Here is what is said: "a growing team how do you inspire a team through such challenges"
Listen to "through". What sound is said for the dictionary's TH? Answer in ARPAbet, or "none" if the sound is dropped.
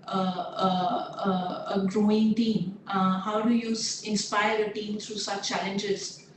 T